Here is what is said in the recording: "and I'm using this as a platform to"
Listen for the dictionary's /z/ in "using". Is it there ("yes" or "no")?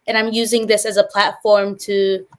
yes